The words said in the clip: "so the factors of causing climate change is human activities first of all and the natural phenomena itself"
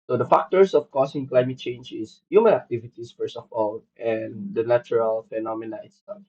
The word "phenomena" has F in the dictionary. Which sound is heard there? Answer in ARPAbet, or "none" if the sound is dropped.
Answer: F